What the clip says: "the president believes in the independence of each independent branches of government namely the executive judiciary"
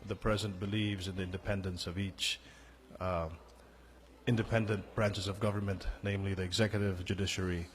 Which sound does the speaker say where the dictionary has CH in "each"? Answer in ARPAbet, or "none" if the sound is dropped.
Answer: CH